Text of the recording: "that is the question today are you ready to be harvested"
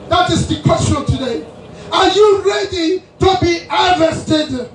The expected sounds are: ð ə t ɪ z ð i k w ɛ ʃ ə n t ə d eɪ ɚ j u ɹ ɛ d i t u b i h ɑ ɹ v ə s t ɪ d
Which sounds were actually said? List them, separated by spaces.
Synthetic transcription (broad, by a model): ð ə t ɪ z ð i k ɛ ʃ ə l t ə d eɪ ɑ j u ɹ ɛ d i t u b i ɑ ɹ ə s t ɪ d